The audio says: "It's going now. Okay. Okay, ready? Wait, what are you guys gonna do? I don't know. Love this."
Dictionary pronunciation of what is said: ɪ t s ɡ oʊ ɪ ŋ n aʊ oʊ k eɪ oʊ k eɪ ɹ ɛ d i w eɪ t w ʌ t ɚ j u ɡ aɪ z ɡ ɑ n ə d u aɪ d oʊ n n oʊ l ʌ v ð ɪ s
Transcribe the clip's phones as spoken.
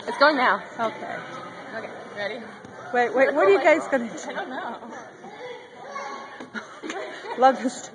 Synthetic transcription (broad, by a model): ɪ t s ɡ oʊ ɪ ŋ n aʊ oʊ k eɪ oʊ k eɪ ɹ ɛ d i w eɪ t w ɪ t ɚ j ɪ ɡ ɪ s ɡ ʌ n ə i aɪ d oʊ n n oʊ l ʌ v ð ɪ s